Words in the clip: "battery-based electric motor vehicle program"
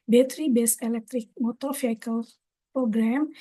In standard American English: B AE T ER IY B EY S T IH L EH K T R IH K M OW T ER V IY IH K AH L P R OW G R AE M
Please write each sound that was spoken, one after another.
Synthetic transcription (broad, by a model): B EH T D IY B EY S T IH L EH K T R IH K M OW T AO F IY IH K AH L P R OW G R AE M